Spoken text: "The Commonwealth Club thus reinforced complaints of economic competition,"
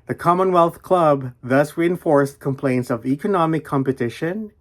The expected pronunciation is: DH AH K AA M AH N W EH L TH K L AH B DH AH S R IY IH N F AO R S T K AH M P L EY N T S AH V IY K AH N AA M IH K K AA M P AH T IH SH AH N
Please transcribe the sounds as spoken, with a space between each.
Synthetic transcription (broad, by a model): DH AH K AA M AH N W EH L TH K L AH B DH AH S R IY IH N F AO R S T K AH M P L EY N T S AH V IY K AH N AA M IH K K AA M P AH T IH SH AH N